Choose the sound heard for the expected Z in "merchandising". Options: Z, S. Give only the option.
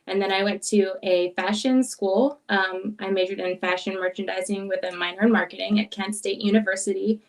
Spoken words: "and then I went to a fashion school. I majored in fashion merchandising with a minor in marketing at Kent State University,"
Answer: Z